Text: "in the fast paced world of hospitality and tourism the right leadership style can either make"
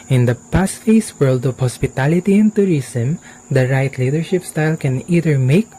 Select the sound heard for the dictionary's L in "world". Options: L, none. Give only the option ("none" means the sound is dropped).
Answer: L